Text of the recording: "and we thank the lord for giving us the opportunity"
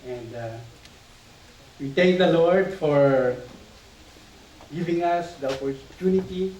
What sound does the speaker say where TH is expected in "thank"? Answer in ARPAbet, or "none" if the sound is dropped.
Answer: T